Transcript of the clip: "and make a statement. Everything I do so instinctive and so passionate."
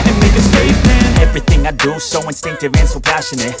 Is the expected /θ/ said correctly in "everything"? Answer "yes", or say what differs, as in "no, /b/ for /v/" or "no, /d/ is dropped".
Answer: yes